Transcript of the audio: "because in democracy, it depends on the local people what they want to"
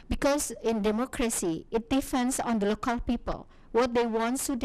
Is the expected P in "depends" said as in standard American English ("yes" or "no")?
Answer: no